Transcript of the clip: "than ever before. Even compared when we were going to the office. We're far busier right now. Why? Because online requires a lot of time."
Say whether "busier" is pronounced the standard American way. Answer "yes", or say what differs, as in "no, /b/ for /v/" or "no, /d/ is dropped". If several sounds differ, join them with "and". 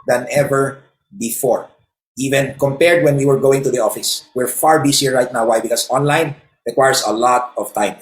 no, /s/ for /z/